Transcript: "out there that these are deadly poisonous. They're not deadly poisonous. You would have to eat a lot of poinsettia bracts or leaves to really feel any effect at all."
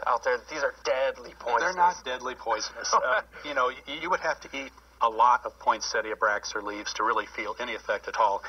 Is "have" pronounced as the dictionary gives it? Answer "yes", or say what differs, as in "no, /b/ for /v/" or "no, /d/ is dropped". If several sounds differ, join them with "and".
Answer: no, /f/ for /v/